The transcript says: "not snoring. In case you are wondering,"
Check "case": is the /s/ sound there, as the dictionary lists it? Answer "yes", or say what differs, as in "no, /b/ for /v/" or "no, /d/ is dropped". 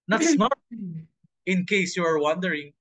yes